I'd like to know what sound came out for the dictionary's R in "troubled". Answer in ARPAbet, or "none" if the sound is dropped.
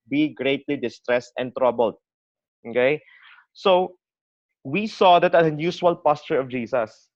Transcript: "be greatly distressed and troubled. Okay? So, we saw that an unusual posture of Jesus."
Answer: R